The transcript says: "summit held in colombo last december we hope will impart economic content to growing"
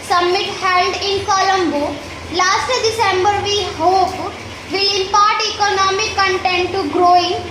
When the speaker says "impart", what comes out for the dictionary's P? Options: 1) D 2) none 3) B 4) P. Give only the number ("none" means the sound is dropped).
4